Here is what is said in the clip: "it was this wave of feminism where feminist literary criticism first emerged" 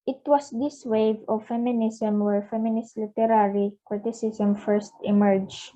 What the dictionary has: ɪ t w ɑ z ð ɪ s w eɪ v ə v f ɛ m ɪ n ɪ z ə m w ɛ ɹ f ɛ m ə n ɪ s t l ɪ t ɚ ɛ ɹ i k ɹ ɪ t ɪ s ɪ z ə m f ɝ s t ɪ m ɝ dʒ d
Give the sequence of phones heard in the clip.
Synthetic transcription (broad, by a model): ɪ t w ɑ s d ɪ s w eɪ v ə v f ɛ m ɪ n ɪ s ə m w ɛ ɹ f ɛ m ə n ɪ s t l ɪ t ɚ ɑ ɹ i k ɹ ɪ t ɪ s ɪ s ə m f ɝ s t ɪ m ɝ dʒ